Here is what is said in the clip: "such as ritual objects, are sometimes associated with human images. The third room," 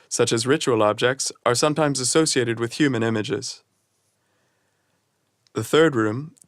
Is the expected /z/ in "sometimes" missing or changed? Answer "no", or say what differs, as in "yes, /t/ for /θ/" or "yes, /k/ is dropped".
no